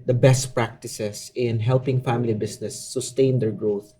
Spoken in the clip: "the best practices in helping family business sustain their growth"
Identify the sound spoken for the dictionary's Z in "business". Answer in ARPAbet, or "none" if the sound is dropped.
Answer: S